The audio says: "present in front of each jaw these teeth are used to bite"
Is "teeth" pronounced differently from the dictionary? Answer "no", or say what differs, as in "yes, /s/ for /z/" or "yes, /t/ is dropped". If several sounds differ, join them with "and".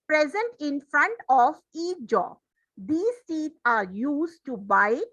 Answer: yes, /s/ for /t/ and /t/ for /θ/